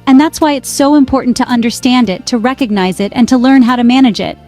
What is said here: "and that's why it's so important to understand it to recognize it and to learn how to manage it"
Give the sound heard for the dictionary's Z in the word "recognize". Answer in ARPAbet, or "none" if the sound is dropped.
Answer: Z